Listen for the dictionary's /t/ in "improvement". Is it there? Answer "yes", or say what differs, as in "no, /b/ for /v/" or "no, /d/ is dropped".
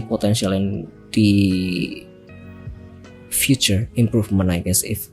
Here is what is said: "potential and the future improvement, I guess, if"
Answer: no, /t/ is dropped